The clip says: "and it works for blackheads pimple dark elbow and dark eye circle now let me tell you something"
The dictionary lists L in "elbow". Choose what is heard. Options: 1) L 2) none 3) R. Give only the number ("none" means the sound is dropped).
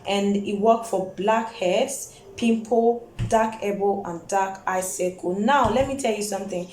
2